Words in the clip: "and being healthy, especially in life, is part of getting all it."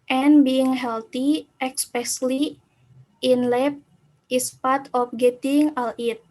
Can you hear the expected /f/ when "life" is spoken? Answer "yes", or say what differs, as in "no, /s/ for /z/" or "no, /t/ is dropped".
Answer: no, /p/ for /f/